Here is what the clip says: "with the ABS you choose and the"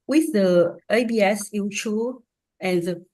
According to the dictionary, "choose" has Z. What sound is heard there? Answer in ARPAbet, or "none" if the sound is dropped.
none